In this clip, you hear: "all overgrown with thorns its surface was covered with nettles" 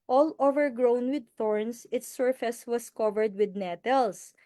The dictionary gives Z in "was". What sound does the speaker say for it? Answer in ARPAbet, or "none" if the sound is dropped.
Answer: S